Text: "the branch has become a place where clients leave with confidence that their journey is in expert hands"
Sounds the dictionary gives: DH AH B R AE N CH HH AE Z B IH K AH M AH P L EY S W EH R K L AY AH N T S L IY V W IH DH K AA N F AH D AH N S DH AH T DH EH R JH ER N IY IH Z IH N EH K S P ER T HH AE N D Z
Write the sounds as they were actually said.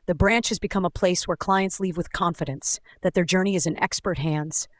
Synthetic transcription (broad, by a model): DH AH B R AE N CH HH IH Z B IH K AH M AH P L EY S W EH R K L AY AH N T S L IY V W IH DH K AA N F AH D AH N S DH AH T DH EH R JH ER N IY IH Z IH N EH K S P ER T HH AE N D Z